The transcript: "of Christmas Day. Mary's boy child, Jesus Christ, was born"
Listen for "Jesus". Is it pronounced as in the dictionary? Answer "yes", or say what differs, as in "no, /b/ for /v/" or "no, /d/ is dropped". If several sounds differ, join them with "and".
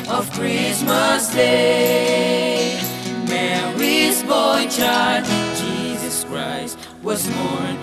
yes